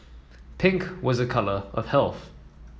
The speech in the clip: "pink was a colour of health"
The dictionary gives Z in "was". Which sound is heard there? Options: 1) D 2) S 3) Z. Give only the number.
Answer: 3